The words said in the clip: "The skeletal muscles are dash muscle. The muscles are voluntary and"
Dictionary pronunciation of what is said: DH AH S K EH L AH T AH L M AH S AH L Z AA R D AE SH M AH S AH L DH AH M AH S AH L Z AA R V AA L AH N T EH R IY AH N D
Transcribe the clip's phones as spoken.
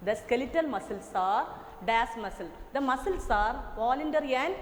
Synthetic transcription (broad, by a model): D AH S K EH L AH T AH L M AH S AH L S AA R D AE S M AH S AH L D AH M AH S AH L S AA R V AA L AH N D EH R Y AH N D